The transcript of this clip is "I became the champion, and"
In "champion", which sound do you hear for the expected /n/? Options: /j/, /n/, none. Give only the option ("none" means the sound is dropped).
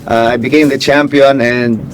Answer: /n/